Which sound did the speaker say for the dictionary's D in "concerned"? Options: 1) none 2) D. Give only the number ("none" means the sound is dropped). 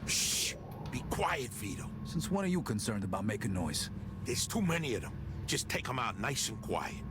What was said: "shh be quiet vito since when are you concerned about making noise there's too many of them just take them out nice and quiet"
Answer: 2